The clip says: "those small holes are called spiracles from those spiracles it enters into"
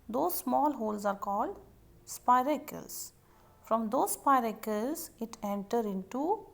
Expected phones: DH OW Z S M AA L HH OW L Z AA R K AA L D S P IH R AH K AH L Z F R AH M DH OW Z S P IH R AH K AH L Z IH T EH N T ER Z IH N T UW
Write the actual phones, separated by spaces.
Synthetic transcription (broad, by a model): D OW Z S M AA L HH OW L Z AA R K AA L D S P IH R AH K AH L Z F R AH M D OW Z S P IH R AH K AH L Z IH T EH N T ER IH N T UW